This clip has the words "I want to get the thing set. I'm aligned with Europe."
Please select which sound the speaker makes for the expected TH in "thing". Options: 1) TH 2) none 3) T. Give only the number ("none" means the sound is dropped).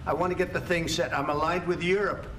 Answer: 1